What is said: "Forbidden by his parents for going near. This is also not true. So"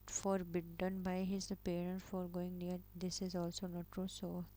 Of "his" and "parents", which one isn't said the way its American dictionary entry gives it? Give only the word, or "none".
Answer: parents